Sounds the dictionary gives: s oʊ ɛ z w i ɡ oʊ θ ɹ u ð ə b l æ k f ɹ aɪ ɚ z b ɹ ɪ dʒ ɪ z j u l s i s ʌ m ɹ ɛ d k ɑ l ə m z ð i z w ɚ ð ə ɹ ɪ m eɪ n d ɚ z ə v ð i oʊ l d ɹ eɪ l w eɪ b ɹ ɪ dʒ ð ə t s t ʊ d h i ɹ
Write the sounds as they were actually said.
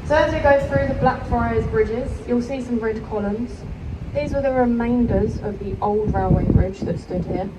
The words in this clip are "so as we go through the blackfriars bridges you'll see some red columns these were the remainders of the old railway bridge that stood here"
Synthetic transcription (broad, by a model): s oʊ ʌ z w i ɡ oʊ θ ɹ u ð ə b l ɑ k f aɪ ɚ z b ɹ ɪ dʒ ɪ z j u l s i s ʌ m ɹ ɛ d k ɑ l ə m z ð i z w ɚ ð ə ɹ ɪ m eɪ n d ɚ z ə v ð i oʊ l d ɹ eɪ l w eɪ b ɹ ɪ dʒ ð ə t s t ʊ d h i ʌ